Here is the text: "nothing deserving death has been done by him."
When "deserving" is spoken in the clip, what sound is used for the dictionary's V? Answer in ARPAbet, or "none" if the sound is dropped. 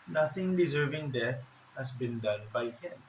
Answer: V